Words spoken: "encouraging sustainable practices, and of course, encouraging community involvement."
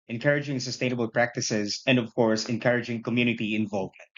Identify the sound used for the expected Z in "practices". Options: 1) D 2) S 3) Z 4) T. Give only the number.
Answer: 3